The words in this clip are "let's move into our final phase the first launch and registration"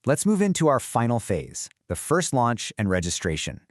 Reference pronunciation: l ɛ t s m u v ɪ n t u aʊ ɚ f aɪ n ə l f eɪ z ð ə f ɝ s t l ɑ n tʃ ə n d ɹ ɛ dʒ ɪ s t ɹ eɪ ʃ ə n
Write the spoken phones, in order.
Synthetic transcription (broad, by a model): l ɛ t s m u v ɪ n t u aʊ ɚ f aɪ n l f eɪ z ð ə f ɝ s t l ɑ n tʃ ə n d ɹ ɛ dʒ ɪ s t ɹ eɪ ʃ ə n